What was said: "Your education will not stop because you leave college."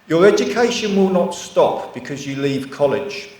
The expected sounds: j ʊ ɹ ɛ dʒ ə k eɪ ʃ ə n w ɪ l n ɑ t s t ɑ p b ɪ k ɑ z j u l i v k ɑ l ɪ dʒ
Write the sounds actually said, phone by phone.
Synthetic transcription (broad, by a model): j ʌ ɹ ɛ dʒ ə k eɪ ʃ ə n w ɪ l n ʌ t s t ɑ p b ɪ k ɑ z j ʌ l i v k ɑ l ɪ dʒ